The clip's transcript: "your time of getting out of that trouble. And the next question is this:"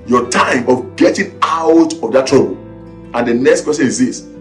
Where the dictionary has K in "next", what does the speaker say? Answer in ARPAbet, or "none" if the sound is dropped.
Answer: K